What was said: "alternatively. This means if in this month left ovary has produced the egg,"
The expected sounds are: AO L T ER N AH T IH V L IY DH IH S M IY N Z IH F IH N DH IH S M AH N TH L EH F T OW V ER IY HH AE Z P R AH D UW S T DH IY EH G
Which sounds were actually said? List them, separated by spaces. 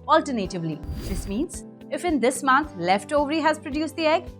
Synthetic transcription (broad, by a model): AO L T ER N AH T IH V L IY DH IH S M IY N Z IH F IH N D IH S M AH N T L EH F T OW V ER IY HH AE Z P R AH D UW S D IY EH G